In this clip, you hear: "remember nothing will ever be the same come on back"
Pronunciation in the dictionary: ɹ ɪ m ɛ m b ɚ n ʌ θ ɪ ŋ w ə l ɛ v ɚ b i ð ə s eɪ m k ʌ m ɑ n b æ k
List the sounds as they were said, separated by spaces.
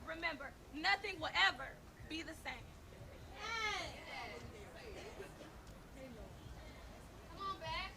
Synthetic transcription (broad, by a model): ɹ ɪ m ɛ m b ɚ n ʌ θ ɪ ŋ w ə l ɛ v ɚ b i ð ə s eɪ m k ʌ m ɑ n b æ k